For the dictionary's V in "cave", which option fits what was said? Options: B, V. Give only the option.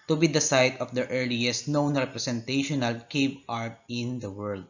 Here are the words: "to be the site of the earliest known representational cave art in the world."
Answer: B